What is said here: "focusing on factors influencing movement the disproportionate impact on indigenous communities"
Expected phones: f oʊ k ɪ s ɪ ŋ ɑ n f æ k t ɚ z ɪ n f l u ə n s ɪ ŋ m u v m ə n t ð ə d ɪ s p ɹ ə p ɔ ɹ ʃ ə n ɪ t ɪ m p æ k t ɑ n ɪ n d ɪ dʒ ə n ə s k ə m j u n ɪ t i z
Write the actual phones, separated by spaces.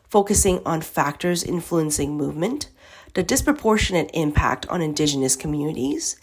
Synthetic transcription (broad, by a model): f oʊ k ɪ s ɪ ŋ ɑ n f æ k t ɚ z ɪ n f l u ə n s ɪ ŋ m u v m ə n t ð ə d ɪ s p ɹ ə p ɔ ɹ ʃ ə n ɪ t ɪ m p æ k t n ɪ n d ɪ dʒ ə n ə s k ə m j u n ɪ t i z